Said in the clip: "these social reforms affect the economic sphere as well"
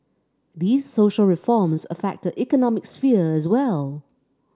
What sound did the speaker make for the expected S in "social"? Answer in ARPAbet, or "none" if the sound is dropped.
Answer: S